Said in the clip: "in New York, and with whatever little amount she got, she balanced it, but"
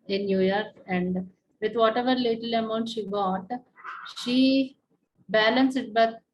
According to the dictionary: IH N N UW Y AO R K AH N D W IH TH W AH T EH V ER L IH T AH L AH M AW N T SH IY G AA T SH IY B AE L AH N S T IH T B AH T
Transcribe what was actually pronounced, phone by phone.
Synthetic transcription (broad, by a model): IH N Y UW Y AO R K AH N D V IH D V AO T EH V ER L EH T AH L AH M AW N T SH IY G AA T SH IY B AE L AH N S IH T B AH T